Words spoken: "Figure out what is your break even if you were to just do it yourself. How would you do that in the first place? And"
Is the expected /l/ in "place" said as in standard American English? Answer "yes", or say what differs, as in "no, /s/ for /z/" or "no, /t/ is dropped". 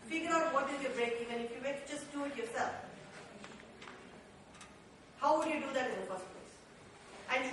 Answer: no, /l/ is dropped